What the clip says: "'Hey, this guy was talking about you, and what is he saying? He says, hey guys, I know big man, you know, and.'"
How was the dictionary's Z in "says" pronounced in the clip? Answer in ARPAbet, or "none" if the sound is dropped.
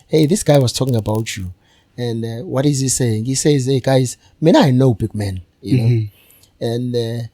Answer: Z